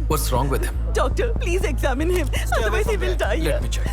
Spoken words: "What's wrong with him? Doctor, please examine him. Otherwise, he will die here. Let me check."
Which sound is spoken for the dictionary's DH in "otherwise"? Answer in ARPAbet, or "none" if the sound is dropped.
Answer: none